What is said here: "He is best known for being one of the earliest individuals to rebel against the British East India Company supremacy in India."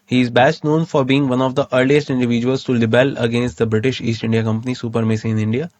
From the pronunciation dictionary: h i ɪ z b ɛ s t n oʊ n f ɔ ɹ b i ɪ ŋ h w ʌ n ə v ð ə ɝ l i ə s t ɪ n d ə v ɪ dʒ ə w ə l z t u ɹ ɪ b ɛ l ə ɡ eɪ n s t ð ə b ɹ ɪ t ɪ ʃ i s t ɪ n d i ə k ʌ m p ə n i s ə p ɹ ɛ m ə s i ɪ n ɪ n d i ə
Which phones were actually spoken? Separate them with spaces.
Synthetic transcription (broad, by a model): h i ɪ z b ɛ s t n oʊ n f ɔ ɹ b i ɪ ŋ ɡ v ʌ n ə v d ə ɝ l i ə s t ɪ n d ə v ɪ dʒ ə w ə l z t u l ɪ b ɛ l ə ɡ eɪ n s t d ə b ɹ ɪ t ɪ ʃ i s t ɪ n d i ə k ʌ m p ə n i s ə p ɹ m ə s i ɪ n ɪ n d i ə